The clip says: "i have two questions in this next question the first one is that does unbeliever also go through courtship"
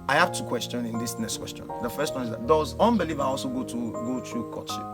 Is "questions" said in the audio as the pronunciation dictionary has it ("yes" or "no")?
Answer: no